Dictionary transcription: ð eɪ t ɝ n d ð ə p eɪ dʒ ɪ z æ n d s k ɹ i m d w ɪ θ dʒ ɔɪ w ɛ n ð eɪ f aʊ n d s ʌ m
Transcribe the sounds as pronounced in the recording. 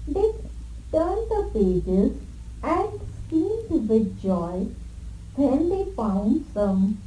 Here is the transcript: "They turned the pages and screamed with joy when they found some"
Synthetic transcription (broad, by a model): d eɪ t ɝ n d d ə p eɪ dʒ ɪ z æ n d s k i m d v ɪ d dʒ ɔɪ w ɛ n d eɪ f aʊ n d s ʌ m